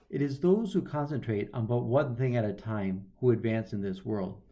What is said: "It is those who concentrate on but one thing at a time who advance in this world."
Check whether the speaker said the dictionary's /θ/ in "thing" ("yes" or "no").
yes